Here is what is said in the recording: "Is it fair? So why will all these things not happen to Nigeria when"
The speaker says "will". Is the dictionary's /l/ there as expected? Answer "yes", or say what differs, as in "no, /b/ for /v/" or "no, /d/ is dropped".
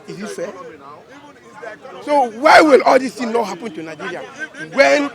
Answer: yes